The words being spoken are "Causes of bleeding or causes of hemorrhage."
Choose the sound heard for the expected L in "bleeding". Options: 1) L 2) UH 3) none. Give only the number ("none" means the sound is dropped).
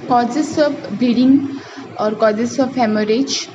3